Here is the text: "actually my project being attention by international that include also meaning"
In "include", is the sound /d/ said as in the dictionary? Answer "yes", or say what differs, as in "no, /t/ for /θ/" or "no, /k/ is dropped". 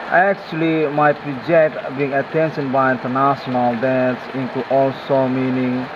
no, /d/ is dropped